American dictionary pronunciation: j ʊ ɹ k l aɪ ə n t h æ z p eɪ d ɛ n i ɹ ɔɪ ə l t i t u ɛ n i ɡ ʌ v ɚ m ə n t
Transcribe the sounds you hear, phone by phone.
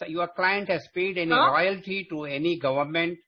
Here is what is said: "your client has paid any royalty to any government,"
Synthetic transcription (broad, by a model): j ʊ ɹ k l aɪ ə n t h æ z p eɪ d ɛ n i l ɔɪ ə l t i t u ɛ n i ɡ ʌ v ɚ m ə n t